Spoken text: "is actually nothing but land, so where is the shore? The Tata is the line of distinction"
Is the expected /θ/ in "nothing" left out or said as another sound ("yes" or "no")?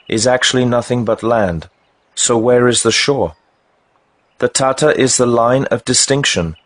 no